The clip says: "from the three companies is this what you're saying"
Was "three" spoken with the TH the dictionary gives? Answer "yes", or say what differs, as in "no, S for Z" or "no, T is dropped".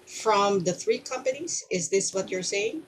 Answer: yes